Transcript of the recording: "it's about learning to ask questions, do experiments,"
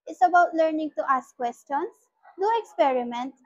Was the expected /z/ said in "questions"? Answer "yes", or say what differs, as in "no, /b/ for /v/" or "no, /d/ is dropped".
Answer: no, /s/ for /z/